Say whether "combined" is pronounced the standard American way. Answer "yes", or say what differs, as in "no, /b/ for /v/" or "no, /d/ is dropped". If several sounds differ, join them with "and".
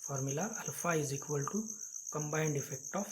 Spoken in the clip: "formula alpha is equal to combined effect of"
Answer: yes